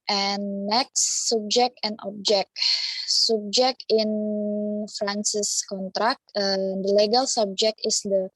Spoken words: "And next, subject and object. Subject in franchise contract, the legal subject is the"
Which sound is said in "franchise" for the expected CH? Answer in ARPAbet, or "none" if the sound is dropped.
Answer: S